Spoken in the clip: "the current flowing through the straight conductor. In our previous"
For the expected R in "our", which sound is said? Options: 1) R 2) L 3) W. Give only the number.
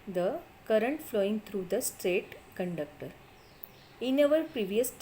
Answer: 2